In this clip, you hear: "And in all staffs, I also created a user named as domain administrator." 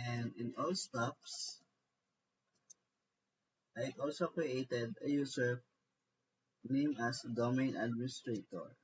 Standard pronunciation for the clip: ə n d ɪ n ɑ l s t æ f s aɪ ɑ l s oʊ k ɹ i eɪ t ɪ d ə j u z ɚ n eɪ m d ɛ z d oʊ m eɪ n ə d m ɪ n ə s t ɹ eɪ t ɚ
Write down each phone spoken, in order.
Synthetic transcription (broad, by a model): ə n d ɪ n ɑ l s t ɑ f s aɪ ɑ l s oʊ k ɹ i eɪ t ɪ d ə j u s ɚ n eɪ m ɑ s d oʊ m eɪ n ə d m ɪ n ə s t ɹ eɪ t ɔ